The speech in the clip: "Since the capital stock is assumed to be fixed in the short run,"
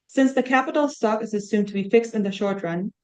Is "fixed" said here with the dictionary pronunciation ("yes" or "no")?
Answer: yes